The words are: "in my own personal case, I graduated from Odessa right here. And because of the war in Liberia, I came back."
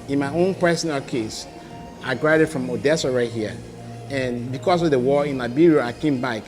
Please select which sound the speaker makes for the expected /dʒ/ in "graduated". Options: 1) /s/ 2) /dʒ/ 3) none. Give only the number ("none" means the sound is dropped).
3